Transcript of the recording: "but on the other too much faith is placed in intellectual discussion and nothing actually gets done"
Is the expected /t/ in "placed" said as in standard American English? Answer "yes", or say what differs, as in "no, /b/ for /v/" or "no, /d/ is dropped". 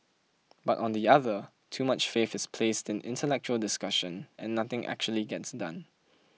yes